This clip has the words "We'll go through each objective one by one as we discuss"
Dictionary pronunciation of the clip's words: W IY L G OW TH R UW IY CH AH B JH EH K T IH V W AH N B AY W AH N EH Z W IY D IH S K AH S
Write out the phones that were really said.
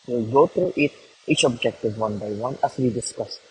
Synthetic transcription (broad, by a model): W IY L G OW T R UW IY CH AH B JH EH K T IH V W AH N B AY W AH N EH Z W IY D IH S K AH S